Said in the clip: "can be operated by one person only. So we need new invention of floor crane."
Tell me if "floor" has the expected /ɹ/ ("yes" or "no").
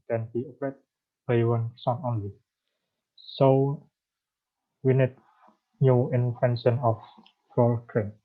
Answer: no